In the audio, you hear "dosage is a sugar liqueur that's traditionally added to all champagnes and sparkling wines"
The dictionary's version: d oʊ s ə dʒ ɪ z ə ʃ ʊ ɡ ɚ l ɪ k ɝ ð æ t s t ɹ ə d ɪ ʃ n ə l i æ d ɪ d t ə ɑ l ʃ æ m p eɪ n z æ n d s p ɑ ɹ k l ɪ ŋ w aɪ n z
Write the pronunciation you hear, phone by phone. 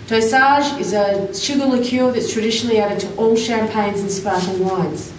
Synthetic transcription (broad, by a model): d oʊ s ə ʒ ɪ z ə ʃ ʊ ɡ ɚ l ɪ k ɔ ð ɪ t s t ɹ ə d ɪ ʃ n l i æ d ɪ d t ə ɑ l ʃ æ m p eɪ n z n s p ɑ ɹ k ɪ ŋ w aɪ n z